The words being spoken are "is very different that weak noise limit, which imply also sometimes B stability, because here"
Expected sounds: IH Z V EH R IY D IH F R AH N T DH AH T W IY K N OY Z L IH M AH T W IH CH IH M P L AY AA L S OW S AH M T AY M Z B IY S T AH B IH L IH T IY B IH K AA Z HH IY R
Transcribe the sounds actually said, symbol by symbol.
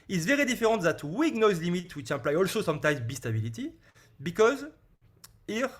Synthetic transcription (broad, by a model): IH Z V EH R IY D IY F R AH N T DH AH T W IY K N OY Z L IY M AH T W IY CH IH P L AY AA L S OW S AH M T AY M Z B IY S T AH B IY L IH T IY B IH K AA Z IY R